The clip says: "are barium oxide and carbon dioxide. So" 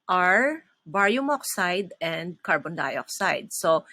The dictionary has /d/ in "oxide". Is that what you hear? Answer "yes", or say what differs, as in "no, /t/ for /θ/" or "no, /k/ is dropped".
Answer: yes